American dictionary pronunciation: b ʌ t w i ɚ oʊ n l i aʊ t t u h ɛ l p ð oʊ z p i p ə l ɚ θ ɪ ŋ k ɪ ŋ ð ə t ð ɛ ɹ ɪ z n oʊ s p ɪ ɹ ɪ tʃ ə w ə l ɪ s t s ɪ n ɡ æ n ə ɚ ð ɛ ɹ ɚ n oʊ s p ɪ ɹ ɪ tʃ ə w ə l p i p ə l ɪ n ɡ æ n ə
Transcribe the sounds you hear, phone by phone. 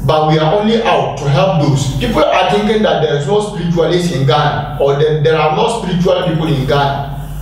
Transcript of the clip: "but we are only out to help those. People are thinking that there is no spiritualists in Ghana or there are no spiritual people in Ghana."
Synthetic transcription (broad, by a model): b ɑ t w i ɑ oʊ n l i aʊ t t u h ɛ l p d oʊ s p i p ə l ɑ t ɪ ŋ k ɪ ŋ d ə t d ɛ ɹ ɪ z n oʊ s p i ɹ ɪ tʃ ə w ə l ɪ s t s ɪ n ɡ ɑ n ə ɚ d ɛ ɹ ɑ n oʊ s p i ɹ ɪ tʃ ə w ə l p i p ə l ɪ n ɡ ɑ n